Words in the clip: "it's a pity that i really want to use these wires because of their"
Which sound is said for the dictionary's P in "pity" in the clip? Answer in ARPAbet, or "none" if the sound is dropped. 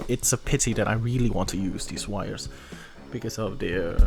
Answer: P